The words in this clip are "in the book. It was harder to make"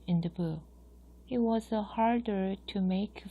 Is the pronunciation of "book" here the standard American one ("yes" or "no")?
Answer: no